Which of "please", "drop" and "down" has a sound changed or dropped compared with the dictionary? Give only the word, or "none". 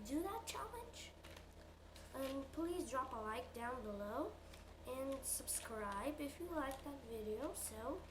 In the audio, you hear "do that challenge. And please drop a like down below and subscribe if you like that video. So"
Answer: none